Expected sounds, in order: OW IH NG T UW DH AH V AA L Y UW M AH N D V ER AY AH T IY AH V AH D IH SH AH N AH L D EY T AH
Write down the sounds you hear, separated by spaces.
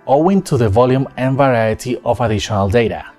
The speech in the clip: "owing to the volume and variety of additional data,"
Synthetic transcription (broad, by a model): OW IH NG T UW DH AH V AA L Y UW M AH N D V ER AY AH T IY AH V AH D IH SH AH N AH L D EY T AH